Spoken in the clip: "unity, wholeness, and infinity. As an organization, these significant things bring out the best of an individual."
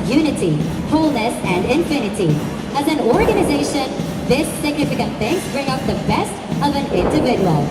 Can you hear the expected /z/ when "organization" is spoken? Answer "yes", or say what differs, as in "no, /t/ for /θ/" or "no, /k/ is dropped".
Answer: yes